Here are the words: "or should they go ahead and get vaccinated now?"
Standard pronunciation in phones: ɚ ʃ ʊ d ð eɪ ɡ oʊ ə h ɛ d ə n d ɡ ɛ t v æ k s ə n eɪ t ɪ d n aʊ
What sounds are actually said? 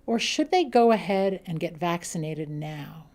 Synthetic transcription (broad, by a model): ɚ ʃ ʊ d ð eɪ ɡ oʊ ə h ɛ d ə n ɡ ɛ t v æ k s ə n eɪ t ɪ d n aʊ